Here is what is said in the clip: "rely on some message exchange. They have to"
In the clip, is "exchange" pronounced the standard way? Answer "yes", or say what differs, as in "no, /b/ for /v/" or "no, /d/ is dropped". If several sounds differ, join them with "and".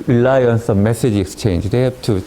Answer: yes